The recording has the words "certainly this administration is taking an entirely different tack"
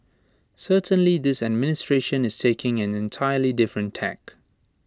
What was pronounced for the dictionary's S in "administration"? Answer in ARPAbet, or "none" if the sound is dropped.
S